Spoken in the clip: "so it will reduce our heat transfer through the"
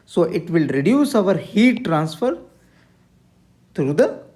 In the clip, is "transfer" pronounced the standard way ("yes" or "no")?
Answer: yes